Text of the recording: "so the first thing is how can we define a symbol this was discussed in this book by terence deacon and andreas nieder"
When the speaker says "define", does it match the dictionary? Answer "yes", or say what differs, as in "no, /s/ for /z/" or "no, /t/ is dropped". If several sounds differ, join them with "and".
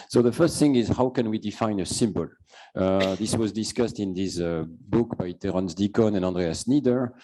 yes